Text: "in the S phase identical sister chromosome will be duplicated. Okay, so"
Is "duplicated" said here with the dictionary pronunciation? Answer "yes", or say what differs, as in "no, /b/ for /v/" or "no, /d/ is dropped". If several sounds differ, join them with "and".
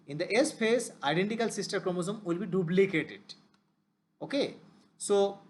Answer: no, /b/ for /p/